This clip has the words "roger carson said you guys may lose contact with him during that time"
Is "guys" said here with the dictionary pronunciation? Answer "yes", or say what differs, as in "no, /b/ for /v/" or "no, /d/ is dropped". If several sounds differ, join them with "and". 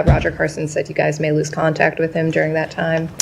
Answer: yes